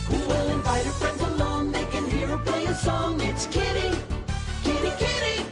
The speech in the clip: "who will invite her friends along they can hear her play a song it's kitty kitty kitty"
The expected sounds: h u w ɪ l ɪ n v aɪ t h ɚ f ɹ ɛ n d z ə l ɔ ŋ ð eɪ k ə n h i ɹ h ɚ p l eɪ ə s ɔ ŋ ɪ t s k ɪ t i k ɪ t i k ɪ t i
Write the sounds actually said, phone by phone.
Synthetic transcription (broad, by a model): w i w ɪ l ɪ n v aɪ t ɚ f ɹ ɛ n d z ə l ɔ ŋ ð eɪ k ə n h i ɹ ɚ p l eɪ ə s ɔ ŋ ɪ t s k ɪ t i k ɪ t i k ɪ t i